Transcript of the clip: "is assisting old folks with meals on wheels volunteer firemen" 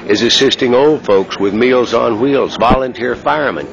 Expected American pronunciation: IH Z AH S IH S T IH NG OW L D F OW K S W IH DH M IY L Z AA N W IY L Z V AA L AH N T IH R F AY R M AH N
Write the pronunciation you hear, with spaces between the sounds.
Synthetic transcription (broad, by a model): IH Z AH S IH S T IH NG OW L D F OW K S W IH DH M IY L Z N W IY L Z V AA L AH N T IH R F AY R M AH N